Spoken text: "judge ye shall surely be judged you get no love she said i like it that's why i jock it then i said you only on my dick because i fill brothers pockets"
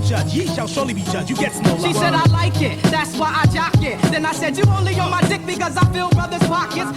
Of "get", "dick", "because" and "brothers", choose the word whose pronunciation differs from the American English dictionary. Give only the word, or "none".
none